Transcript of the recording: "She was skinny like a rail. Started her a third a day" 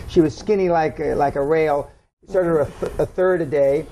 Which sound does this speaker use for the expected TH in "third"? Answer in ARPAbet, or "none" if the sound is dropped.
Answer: TH